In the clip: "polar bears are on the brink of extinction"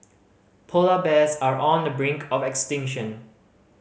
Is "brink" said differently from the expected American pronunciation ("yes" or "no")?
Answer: no